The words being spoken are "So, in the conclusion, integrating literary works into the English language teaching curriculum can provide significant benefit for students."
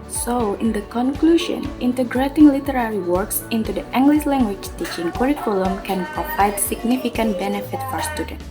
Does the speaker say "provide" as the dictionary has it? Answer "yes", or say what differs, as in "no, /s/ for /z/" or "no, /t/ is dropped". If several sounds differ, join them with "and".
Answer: no, /p/ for /v/